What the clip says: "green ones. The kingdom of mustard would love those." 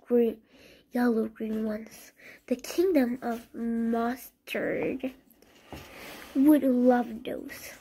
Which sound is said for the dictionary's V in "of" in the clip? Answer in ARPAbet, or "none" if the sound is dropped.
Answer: V